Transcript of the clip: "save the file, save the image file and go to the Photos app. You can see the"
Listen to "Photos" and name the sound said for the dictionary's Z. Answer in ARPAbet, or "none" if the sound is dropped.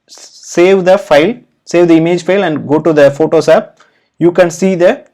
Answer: S